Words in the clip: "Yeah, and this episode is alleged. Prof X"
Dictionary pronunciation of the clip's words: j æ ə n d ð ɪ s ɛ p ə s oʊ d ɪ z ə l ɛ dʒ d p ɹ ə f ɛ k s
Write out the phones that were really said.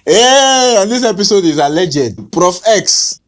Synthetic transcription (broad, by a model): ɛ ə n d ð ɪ s ɛ p ə s oʊ d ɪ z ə l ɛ dʒ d p ɹ ə f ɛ k s